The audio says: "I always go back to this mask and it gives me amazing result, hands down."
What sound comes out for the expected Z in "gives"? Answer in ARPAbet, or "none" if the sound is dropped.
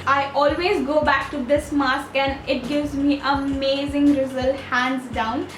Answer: Z